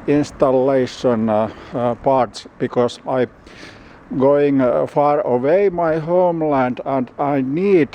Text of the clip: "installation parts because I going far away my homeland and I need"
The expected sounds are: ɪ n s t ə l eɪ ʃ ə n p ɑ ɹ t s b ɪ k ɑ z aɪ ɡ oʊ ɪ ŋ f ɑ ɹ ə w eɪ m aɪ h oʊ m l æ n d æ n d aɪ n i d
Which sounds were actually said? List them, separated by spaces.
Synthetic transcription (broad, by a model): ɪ n s t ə l eɪ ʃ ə n p ɑ ɹ t s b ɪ k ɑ s aɪ ɡ oʊ ɪ ŋ f ɑ ɹ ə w eɪ m aɪ h oʊ m l æ n d æ n d aɪ n i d